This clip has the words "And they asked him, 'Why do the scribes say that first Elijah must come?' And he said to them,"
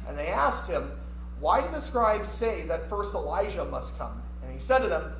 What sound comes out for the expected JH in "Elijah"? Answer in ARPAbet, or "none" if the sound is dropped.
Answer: ZH